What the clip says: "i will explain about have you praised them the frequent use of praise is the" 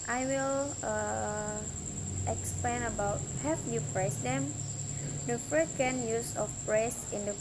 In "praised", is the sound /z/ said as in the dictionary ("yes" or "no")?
no